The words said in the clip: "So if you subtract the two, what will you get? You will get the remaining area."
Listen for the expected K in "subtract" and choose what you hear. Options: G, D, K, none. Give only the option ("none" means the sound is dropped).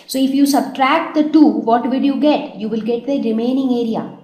K